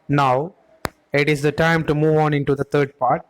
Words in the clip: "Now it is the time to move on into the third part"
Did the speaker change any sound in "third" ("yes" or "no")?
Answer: yes